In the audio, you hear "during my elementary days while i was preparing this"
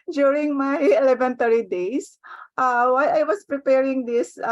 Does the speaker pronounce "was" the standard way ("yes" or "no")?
no